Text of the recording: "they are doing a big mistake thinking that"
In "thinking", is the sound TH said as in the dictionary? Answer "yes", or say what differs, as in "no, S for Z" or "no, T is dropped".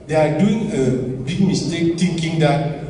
no, T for TH